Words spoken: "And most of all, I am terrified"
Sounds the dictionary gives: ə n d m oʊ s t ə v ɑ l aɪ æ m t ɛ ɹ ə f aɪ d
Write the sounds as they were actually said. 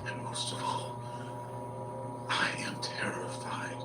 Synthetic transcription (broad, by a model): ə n m oʊ s t ə v ɑ l aɪ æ m t ɛ ɹ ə f aɪ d